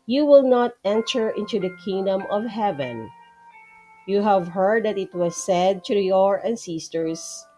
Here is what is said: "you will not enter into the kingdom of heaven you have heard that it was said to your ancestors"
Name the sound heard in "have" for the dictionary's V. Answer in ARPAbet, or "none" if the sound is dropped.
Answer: V